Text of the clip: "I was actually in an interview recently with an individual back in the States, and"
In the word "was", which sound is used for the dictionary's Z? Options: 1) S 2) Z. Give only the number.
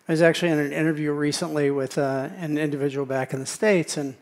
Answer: 2